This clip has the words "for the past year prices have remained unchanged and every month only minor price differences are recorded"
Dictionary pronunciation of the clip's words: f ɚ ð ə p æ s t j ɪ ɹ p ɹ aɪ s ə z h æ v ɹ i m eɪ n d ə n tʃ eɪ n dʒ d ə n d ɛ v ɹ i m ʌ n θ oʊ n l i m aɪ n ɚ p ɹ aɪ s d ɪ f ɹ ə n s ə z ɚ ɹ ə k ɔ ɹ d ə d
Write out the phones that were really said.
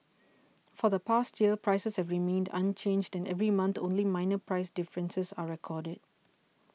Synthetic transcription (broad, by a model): f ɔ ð ə p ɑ s t j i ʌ p ɹ aɪ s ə s h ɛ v ɹ i m eɪ n d ə n tʃ eɪ n dʒ d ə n ɛ v ɹ i m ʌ n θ oʊ n l i m aɪ n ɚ p ɹ aɪ s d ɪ f ɹ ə n s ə s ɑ ɹ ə k ɔ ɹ d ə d